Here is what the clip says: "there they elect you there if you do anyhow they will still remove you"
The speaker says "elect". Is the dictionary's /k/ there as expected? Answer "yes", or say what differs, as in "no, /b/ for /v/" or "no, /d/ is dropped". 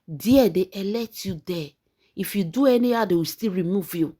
no, /k/ is dropped